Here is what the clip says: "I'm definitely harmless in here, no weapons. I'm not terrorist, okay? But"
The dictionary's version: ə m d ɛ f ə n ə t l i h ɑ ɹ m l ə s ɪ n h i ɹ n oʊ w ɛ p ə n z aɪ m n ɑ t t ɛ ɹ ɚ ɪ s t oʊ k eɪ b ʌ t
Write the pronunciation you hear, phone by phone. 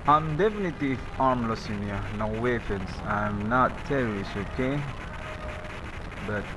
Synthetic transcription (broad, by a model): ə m d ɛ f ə n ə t i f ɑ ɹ m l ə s ɪ n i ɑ n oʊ w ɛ f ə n s aɪ m n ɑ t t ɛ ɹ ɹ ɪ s oʊ k eɪ b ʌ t